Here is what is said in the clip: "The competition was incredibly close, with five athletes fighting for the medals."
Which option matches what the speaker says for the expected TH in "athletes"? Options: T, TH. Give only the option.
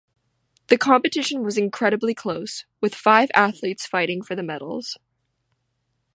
TH